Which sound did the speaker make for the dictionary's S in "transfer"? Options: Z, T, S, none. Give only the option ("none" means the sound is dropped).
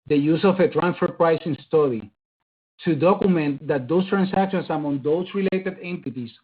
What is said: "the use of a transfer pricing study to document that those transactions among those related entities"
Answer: none